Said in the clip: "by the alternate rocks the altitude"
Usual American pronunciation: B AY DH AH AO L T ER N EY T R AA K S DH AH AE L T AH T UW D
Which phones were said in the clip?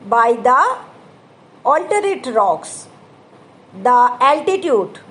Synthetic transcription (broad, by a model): B AY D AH AO L T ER EY T R AA K S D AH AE L T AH T UW D